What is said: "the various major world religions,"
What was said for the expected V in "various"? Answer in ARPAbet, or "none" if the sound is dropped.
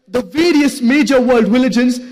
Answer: V